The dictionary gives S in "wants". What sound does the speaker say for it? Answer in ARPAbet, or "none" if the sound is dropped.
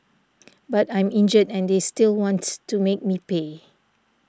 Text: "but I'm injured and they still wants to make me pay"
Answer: none